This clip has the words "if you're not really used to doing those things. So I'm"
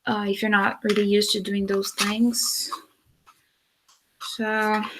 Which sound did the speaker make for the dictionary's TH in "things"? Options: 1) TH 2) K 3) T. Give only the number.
1